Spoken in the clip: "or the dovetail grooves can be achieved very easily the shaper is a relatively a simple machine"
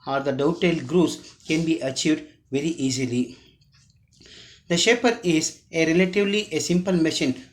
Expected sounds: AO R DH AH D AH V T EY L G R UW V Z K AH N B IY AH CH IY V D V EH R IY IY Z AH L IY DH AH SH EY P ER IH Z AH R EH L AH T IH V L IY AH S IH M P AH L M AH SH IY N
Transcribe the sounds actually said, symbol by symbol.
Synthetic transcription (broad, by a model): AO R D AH D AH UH T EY L G R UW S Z K AH N B IY AH CH IY V D V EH R IY IY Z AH L IY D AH SH EY P ER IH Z AH R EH L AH T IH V L IY AH S IH M P AH L M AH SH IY N